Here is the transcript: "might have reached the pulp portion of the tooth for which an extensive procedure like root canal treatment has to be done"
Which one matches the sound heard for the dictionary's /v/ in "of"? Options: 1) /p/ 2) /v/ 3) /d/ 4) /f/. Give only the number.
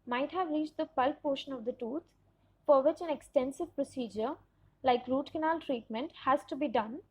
2